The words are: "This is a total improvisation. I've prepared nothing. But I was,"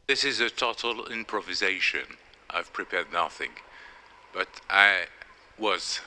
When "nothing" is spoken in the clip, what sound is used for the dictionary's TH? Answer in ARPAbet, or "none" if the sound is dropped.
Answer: TH